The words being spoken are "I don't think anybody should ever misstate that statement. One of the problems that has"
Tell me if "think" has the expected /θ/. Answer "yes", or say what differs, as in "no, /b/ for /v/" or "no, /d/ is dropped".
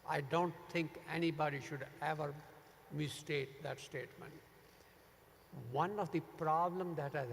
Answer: no, /t/ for /θ/